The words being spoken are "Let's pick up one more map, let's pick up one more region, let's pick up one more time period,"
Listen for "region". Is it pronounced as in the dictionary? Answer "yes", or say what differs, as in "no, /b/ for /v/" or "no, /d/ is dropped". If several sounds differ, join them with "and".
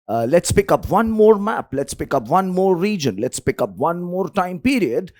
yes